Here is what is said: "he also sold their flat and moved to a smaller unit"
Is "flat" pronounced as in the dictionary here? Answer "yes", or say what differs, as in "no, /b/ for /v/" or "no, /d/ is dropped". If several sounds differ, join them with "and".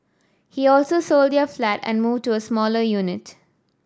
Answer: yes